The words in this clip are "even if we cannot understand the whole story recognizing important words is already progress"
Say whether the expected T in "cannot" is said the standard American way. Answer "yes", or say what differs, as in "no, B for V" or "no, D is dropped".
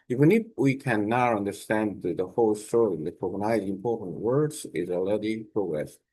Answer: no, T is dropped